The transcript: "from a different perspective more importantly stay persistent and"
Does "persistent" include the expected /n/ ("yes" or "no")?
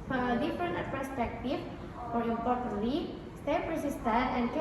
no